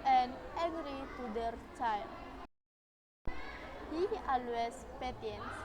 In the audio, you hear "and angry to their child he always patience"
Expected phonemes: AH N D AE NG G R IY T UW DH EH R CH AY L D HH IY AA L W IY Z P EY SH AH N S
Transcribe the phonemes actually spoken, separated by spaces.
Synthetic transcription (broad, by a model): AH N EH G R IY T UW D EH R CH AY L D HH IY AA L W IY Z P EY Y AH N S